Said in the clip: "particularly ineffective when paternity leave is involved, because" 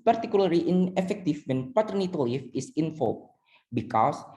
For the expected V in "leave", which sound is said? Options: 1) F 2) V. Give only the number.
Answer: 1